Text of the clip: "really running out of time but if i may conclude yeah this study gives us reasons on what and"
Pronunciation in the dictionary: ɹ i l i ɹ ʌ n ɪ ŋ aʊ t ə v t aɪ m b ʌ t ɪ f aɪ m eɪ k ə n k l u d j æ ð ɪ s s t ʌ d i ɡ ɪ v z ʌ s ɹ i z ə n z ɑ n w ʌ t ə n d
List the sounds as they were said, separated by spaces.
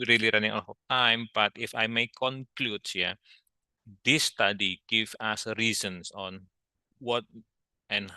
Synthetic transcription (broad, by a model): ɹ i l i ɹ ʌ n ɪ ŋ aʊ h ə t aɪ m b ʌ t ɪ f aɪ m eɪ k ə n k l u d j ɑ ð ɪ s s t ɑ d i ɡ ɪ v ɑ s ɹ i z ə n s ɑ n w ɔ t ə n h